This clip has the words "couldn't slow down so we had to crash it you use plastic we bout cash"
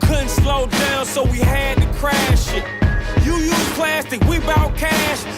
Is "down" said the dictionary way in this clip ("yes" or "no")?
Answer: yes